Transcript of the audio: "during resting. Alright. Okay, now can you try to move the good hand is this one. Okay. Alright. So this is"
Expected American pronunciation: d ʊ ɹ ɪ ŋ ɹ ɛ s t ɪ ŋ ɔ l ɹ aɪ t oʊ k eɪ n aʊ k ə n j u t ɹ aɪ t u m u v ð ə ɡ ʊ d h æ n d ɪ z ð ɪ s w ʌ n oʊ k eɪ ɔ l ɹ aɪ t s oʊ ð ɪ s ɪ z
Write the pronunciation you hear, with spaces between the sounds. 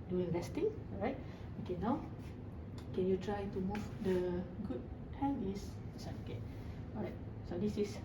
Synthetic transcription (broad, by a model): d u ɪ ŋ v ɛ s t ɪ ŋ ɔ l ɹ aɪ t oʊ k eɪ n aʊ k ə n j u t ɹ aɪ t u m u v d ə ɡ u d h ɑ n ɪ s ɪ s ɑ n oʊ k eɪ ɔ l ɹ aɪ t s oʊ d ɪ s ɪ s